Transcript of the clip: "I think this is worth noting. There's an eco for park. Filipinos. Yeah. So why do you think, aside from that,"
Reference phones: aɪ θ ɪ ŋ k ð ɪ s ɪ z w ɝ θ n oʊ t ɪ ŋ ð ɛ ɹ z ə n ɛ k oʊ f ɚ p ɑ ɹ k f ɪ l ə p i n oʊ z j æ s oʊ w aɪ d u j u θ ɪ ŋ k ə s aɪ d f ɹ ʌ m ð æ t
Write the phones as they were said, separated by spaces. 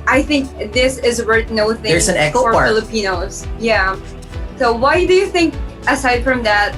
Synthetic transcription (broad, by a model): aɪ θ ɪ ŋ k ð ɪ s ɪ z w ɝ t n oʊ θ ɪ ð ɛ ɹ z ə n ɛ k oʊ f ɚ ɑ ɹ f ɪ l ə p i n oʊ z j æ s oʊ w aɪ d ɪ j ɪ θ ɪ ŋ k ə s aɪ d f ɹ ʌ m ð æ t